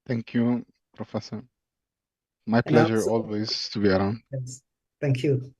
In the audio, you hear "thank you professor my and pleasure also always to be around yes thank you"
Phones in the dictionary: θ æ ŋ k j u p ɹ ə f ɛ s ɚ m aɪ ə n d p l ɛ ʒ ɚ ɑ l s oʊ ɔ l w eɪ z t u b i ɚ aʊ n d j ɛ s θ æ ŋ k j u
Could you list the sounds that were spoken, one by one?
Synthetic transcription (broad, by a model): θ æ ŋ k j u p ɹ ə f ɛ s ɚ m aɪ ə p l ɛ ʒ ɚ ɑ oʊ ɔ l w eɪ z t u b i ɚ aʊ n d j ɛ s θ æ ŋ k j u